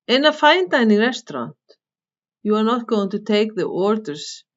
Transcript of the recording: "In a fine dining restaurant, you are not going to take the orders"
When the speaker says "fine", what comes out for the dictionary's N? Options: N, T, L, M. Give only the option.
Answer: N